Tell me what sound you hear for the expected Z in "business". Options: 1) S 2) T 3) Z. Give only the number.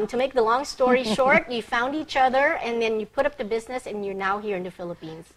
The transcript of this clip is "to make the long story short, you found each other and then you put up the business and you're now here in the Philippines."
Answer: 3